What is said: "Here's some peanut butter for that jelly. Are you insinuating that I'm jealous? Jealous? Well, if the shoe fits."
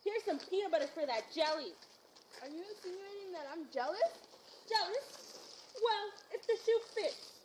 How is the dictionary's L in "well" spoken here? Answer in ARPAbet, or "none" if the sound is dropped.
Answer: L